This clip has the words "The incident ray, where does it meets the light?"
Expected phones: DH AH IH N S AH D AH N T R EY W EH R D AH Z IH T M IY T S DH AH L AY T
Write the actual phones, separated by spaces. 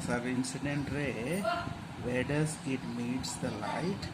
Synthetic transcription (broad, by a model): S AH IH N S AH D AH N T R EY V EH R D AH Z IH T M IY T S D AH L AY T